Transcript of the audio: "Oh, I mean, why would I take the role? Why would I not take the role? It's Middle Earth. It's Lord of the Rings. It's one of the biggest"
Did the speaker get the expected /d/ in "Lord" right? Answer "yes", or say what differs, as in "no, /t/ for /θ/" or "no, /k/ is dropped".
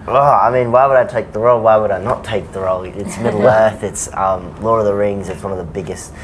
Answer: no, /d/ is dropped